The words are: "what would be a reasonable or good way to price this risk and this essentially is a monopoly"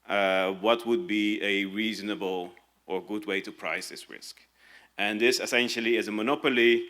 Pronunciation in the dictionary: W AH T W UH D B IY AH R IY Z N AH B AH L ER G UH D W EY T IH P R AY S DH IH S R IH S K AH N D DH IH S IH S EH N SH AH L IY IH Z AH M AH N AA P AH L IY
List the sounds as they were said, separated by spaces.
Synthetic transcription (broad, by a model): W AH T W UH D B IY AH R IY Z N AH B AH L ER G UH D W EY T IH P R AY S DH IH S R IH S K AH N DH IH S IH S EH N SH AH L IY IH Z AH M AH N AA P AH L IY